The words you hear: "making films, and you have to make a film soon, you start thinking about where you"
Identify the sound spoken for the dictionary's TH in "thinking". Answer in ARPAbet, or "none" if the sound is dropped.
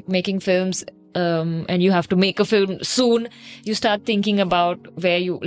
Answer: T